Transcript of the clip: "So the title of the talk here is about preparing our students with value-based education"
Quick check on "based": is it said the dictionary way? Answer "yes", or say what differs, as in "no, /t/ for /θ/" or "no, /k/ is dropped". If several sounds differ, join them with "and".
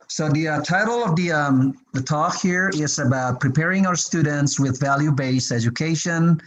no, /t/ is dropped